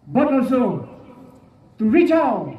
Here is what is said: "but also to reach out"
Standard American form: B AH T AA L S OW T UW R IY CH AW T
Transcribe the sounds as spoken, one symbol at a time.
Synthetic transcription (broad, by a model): B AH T AA L S OW T UW R IY CH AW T